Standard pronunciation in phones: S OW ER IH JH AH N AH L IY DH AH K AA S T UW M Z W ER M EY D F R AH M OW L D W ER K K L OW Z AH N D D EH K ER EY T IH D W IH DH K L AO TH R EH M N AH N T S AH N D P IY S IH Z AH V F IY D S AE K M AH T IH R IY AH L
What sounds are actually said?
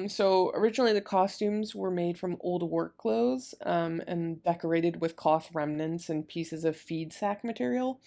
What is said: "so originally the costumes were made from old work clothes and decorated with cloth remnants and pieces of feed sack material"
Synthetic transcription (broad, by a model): S OW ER IH JH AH N L IY DH AH K AA S T UW M Z W ER M EY D F R AH M OW L D W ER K K L OW Z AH N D D EH K ER EY T IH D W IH DH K AO TH R EH M N AH N T S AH N P IY S IH Z AH V F IY D S AE K M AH T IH R IY L